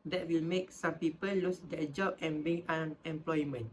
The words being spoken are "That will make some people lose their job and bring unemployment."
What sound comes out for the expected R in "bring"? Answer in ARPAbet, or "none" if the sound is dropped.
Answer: none